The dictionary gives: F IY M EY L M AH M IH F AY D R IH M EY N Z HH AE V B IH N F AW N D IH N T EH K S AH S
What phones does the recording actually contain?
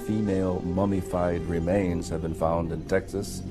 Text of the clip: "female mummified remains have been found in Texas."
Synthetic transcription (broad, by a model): F IY M EY L M AH M IH F AY D R IH M EY N Z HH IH V B IH N F AW N D IH N T EH K S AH S